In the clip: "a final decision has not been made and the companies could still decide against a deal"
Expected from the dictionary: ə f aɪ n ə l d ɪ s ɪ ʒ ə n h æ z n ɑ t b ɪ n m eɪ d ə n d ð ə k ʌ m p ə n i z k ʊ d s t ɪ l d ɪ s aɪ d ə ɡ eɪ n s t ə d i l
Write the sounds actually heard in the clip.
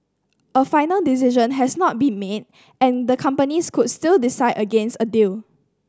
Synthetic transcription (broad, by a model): ə f aɪ n ə l d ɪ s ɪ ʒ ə n h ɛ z n ɑ t b ɪ n m eɪ d ə n d ə k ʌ m p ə n i s k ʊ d s t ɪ l d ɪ s aɪ d ə ɡ eɪ n s t ə d i l